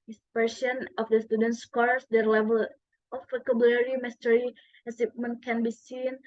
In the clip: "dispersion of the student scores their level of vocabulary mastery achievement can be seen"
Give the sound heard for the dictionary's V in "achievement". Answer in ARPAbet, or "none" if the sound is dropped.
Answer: P